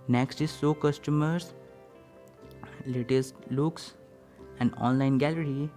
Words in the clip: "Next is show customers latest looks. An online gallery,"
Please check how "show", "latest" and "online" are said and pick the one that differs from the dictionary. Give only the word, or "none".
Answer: show